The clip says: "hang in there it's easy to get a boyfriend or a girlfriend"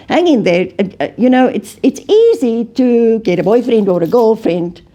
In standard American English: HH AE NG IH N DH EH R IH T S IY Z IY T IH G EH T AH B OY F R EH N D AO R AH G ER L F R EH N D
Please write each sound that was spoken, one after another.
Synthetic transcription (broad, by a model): HH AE NG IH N DH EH R IH T S IY Z IY T IH G EH T AH B OY F R EH N D AO R AH G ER L F R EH N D